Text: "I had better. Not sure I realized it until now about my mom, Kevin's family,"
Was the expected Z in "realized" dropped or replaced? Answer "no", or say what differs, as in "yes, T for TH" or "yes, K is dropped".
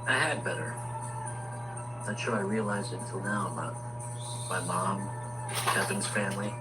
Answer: no